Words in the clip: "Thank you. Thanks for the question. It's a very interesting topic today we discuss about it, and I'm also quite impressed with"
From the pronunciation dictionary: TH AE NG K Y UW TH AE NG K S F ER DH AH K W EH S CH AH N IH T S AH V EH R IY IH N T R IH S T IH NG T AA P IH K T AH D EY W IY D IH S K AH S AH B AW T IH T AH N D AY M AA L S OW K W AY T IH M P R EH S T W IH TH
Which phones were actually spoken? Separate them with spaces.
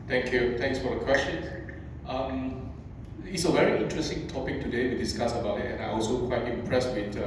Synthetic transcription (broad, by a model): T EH NG K Y UW T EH NG K S F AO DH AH K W EH S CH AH N IH T S AH V EH R IY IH N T R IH S T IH NG T AA P IH K T AH D EY W IY D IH S K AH S AH B AW T IH T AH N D AY AA L S OW K W AY T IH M P R EH S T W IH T